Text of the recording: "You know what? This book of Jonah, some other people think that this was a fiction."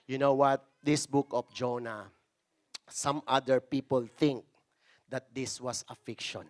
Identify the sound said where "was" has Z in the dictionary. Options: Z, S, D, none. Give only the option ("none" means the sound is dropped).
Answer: S